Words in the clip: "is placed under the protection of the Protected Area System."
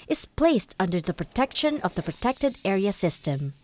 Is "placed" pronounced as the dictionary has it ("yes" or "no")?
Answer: yes